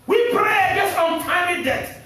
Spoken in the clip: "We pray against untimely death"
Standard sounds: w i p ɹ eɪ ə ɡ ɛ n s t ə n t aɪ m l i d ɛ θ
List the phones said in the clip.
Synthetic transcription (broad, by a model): w i p ɹ eɪ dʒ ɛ s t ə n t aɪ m i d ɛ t